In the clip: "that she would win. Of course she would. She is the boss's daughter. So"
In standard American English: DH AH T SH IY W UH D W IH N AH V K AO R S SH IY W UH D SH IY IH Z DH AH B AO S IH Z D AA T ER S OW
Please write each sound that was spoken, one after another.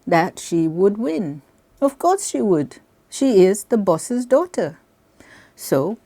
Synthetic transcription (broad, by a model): DH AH T SH IY W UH D W IH N AH V K AO R S SH IY W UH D SH IY IH Z DH AH B AO S IH Z D AA T ER S OW